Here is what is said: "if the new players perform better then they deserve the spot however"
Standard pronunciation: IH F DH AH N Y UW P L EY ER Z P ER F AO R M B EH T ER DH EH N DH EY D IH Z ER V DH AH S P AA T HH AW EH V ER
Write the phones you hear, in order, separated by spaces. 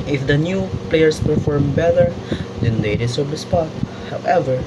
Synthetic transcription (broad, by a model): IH F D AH N Y UW P L EY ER S P ER F AO R M B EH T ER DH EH N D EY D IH S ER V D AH S P AA T HH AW EH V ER